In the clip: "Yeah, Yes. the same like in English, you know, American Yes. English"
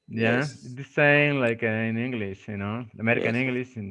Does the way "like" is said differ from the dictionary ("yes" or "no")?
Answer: no